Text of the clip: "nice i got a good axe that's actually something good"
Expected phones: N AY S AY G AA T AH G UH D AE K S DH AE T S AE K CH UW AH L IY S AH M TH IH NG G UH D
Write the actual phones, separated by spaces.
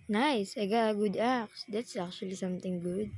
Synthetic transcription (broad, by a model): N AY S AY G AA G UH D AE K S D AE T S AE K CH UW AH L IY S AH M T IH NG G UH D